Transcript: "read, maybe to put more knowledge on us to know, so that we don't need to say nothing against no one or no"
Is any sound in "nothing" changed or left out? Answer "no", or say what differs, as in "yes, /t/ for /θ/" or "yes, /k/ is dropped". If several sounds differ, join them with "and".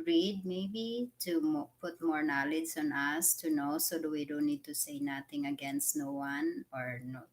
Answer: yes, /t/ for /θ/